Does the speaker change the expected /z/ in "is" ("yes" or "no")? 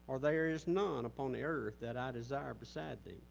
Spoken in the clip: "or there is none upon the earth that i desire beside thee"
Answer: no